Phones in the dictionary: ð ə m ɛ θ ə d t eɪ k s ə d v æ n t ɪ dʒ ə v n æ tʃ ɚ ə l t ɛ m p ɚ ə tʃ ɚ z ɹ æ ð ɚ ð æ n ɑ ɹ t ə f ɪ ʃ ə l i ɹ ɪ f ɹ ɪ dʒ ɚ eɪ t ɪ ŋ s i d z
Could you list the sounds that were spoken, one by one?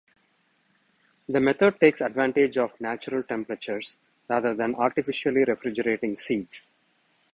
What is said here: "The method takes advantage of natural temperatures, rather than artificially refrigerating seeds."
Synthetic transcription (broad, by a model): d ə m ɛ t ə d t eɪ k s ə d v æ n t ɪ dʒ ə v n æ tʃ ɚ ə l t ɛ m p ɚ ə tʃ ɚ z ɹ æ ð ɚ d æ n ɑ ɹ t ə f ɪ ʃ ə l i ɹ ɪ f ɹ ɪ dʒ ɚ eɪ t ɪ ŋ s i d s